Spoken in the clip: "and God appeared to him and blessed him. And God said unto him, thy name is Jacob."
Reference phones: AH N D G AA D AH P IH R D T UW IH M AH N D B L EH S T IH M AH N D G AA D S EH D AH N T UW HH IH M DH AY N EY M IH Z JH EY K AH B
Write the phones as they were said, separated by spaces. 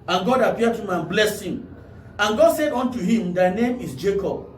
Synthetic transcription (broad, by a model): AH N G AA D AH P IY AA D T UW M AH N B L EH S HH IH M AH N G AA D S EH D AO N T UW HH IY M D AY N EY M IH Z JH EY K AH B